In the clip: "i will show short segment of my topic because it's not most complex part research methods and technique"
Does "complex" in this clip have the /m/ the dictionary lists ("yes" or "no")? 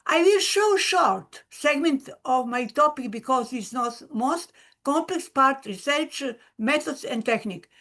yes